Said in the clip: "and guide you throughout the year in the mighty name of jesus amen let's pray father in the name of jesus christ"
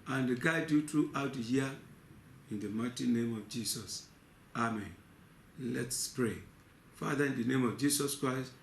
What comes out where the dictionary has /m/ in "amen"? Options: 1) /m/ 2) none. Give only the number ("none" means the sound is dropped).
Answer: 1